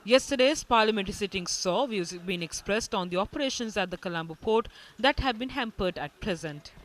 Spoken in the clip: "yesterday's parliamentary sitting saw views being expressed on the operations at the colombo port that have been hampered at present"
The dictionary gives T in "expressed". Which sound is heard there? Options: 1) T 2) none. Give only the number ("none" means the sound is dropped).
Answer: 1